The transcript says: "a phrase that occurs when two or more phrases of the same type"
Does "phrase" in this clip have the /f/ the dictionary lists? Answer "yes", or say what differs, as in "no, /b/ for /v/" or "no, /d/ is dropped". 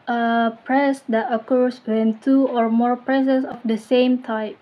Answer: no, /p/ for /f/